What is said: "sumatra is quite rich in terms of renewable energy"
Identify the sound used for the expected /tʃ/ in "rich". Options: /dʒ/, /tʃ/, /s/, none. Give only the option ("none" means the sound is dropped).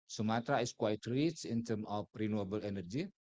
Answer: /s/